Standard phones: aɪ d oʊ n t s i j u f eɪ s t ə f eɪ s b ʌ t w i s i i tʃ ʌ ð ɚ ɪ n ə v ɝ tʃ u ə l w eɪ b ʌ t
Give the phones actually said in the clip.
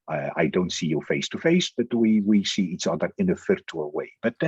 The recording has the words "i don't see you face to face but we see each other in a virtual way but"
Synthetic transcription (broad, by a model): aɪ d oʊ n t s i j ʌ f eɪ s t ə f eɪ s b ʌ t w i s i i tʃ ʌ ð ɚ ɪ n ə f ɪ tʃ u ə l w eɪ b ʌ t